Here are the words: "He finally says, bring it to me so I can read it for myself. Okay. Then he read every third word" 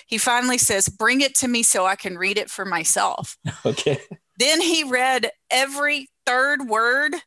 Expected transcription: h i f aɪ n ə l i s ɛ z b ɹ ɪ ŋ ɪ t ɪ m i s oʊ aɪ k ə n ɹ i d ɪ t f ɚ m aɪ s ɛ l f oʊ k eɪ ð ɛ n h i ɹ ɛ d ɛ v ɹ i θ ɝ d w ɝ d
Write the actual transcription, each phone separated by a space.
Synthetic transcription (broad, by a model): h i f aɪ n l i s ɛ z b ɹ ɪ ŋ ɪ t ɪ m i s oʊ aɪ k ə n ɹ i d ɪ t f ɚ m aɪ s ɛ l f oʊ k eɪ ð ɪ n i ɹ ɛ d ɛ v ɹ i θ ɝ d w ɝ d